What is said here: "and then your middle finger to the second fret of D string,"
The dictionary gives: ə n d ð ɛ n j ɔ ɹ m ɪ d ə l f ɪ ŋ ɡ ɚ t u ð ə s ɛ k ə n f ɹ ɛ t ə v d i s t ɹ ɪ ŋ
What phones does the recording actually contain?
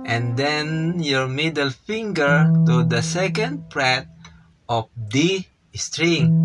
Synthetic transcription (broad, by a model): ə n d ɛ n j ɔ ɹ m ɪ d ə l f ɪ ŋ ɡ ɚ t u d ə s ɛ k ə n p ɹ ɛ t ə f d i s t ɹ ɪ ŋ